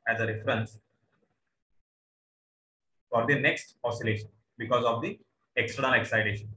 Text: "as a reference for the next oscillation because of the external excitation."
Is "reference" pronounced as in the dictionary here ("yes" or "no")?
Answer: yes